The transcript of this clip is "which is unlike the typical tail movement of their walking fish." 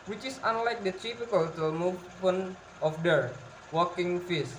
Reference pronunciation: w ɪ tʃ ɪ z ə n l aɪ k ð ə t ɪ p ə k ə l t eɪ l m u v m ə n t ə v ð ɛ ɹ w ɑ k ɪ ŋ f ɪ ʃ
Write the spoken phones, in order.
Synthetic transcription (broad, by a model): w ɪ tʃ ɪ s ə n l aɪ k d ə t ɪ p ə k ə l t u m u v ə n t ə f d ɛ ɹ w ɑ k ɪ ŋ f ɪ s